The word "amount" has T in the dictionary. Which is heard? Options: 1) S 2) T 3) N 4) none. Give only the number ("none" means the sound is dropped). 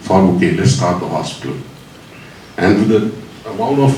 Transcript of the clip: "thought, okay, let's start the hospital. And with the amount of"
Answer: 4